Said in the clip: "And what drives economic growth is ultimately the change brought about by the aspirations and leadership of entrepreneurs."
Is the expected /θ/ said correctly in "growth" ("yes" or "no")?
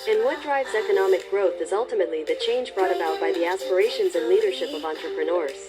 yes